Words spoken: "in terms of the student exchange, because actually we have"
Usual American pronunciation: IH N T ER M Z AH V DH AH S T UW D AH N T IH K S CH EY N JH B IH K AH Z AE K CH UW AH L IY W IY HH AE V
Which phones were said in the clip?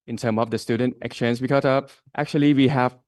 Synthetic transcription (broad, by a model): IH N T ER M AH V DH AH S T UW D AH N T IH K S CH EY N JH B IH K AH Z AE K CH UW AH L IY W IY HH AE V